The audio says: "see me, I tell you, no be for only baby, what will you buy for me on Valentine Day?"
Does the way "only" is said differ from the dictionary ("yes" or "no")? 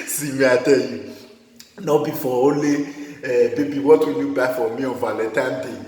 yes